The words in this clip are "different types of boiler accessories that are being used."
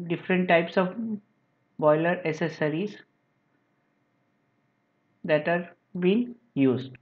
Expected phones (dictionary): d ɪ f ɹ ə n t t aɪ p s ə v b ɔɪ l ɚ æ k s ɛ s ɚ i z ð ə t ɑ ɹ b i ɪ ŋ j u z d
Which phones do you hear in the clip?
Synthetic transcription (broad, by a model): d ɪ f ɹ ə n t t aɪ p s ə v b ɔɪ l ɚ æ s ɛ s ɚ i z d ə t ɑ ɹ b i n j u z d